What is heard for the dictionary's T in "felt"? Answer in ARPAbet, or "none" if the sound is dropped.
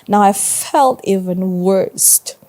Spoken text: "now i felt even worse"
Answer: T